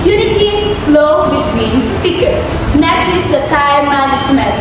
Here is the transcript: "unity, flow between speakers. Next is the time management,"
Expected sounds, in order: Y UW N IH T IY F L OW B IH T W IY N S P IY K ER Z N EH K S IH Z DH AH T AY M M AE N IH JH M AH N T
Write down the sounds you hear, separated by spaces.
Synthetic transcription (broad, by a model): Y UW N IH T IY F L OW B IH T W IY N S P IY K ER N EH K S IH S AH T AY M M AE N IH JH M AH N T